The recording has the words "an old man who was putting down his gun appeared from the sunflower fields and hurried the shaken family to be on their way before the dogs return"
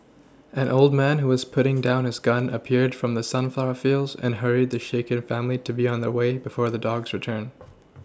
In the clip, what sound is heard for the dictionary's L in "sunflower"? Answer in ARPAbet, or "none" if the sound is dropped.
L